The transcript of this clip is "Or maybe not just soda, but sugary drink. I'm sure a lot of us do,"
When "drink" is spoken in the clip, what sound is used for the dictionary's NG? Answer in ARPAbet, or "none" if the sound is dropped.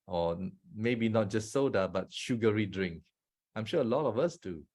NG